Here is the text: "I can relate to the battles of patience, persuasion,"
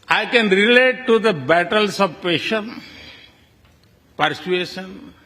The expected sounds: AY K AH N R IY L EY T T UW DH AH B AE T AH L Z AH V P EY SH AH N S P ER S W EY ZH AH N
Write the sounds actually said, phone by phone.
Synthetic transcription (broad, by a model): AY K AH N R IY L EY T T UW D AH B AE T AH L S AH V P EY SH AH N P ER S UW EY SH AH N